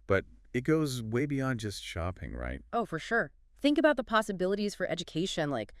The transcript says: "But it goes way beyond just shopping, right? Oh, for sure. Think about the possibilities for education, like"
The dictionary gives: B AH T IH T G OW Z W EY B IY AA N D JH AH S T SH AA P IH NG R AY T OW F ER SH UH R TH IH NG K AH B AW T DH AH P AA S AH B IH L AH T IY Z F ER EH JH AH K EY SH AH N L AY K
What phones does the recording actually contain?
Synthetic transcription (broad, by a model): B AH T IH T G OW Z W EY B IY AA N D JH AH S T SH AA P IH NG R AY T OW F ER SH UH R TH IH NG K AH B AW T DH AH P AA S AH B IH L AH T IY Z F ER EH JH AH K EY SH AH N L AY K